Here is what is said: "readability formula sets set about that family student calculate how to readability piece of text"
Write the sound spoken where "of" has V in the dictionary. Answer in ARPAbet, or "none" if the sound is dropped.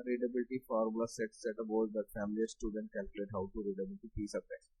P